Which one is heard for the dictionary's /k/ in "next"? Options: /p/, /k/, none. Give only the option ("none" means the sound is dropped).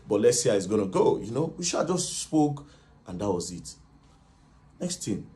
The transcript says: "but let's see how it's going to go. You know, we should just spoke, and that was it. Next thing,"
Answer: /k/